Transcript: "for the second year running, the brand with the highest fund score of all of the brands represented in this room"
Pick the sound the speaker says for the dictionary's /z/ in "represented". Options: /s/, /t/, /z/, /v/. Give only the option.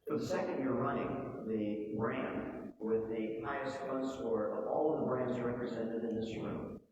/z/